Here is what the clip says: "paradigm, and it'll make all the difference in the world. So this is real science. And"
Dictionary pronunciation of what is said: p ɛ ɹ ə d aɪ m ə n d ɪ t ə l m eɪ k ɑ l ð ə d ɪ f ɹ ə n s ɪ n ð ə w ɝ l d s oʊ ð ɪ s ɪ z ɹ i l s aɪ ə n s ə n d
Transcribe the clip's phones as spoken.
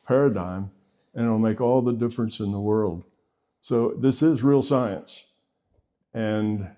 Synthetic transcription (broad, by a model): p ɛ ɹ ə d aɪ m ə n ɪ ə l m eɪ k ɑ l ð ə d ɪ f ɹ ə n s ɪ n ð ə w ɝ l d s oʊ ð ɪ s ɪ z ɹ i l s aɪ ə n s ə n